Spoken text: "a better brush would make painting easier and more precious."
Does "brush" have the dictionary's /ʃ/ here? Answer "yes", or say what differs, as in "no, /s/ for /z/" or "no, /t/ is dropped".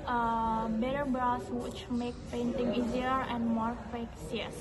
no, /s/ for /ʃ/